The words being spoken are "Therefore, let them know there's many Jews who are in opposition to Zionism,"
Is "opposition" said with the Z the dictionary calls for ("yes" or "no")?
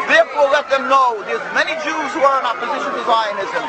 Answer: yes